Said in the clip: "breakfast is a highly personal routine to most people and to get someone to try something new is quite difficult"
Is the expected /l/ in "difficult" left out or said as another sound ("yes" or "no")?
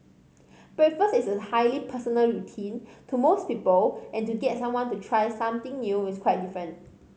yes